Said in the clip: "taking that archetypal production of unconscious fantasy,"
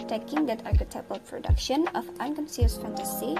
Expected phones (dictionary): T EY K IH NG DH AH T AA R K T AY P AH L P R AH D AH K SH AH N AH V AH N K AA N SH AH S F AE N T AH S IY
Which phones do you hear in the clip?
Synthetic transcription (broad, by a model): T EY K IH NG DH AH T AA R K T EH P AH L P R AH D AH K SH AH N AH F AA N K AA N S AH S F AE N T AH S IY